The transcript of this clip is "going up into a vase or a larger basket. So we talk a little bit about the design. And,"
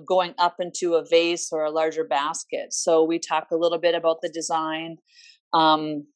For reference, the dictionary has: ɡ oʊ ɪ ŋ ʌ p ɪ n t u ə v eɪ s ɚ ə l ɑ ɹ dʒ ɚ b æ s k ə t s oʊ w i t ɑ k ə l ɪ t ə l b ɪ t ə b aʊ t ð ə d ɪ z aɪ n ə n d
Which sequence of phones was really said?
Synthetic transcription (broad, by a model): ɡ oʊ ɪ ŋ ʌ p ɪ n t u ə v eɪ s ɚ ə l ɑ ɹ dʒ ɚ b æ s k ə t s oʊ w i t ɑ k ə l ɪ t l b ɪ t ə b aʊ t ð ə d ɪ z aɪ n ə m